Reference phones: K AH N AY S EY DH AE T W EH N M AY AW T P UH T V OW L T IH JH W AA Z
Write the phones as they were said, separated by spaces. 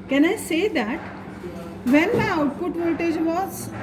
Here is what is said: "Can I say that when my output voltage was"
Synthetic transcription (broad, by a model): K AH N AY S EY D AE T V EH N M AY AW T P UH T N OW T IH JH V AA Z